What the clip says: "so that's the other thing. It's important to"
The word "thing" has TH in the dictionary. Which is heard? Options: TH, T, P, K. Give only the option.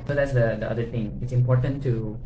T